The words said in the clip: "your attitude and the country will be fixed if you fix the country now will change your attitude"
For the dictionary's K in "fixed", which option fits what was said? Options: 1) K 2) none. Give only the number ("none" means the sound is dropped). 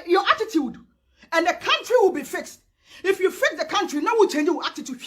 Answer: 1